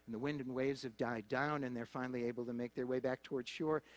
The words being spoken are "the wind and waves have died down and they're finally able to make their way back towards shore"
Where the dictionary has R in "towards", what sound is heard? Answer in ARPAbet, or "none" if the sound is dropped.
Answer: R